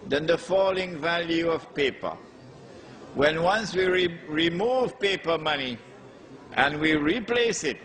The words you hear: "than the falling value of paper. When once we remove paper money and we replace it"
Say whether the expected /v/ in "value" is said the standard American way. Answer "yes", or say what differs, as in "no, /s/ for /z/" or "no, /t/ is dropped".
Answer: yes